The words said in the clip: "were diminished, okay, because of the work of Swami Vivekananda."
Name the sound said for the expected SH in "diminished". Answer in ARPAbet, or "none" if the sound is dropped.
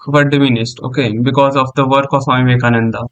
S